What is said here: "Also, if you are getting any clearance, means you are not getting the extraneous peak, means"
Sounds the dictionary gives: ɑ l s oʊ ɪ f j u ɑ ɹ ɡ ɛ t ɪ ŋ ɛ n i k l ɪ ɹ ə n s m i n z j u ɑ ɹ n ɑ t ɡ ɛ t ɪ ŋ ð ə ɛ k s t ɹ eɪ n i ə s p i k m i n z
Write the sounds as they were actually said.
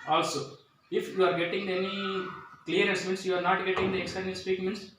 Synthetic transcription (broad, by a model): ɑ l s oʊ ɪ f j u ɑ ɹ ɡ ɛ t ɪ ŋ ɛ n i k l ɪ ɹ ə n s m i n s j u ɑ ɹ n ɑ t ɡ ɛ t ɪ ŋ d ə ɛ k s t eɪ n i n s p i k m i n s